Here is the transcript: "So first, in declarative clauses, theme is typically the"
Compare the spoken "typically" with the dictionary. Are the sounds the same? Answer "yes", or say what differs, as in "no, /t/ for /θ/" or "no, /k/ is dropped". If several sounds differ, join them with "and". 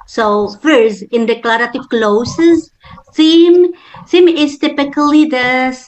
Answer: yes